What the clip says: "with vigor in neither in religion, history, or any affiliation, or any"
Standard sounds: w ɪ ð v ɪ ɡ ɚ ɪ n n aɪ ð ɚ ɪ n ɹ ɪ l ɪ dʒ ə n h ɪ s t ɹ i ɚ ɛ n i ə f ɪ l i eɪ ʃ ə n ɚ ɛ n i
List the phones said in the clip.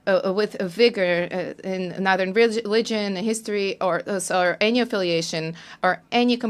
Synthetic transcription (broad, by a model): w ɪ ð v ɪ ɡ ɚ ɪ n n aɪ ð ɚ ɪ n ɹ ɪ l ɪ dʒ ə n h ɪ s t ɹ i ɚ ɛ n i ə f ɪ l i eɪ ʃ ə n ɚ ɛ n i